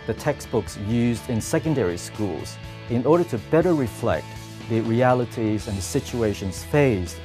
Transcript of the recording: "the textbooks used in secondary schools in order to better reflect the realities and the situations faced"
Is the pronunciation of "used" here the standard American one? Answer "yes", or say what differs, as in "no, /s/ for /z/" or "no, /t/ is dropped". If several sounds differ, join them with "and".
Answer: yes